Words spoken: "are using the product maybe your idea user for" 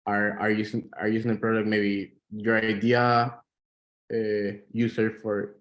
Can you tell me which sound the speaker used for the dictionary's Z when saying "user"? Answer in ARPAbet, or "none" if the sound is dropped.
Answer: S